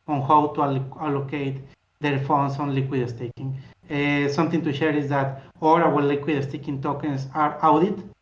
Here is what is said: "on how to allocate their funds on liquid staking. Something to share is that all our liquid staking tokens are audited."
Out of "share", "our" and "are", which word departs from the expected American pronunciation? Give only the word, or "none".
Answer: our